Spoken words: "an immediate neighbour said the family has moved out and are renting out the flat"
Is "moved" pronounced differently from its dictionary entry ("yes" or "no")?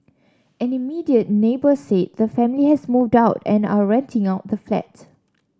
no